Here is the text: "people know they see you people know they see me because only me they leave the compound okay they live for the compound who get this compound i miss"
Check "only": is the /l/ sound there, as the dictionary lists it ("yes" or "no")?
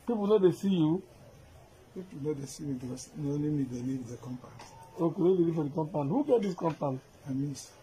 no